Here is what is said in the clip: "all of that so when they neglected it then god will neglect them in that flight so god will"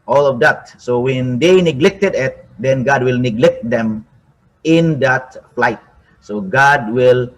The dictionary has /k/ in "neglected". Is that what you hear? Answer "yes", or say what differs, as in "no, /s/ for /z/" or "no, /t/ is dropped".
yes